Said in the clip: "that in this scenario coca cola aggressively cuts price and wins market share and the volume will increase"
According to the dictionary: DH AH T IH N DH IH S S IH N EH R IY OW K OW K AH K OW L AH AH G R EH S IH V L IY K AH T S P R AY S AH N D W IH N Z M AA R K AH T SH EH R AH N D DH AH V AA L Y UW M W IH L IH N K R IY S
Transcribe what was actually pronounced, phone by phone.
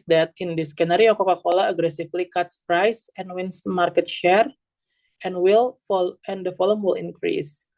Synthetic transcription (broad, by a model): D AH T IH N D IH S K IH N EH R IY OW K OW K AH K OW L AH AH G R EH S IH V L IY K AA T S P R AY S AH N W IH N S M AA R K AH T SH EH R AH N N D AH F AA L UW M W IH L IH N K R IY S